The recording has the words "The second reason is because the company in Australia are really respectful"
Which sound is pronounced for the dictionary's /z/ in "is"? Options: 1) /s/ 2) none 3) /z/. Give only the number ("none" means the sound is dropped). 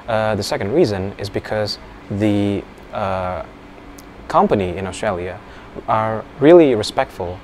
3